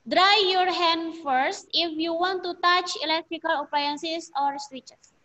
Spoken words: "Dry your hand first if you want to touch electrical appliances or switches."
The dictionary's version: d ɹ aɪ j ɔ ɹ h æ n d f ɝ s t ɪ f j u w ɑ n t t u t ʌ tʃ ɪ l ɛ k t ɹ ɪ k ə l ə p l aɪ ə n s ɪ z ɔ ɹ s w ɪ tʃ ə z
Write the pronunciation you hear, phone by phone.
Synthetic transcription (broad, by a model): d ɹ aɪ j ɔ ɹ h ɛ n d f ɝ s t ɪ f j u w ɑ n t t u t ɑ tʃ ɪ l ɛ k t ɹ ɪ k ə l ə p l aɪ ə n s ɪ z ɔ ɹ s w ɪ tʃ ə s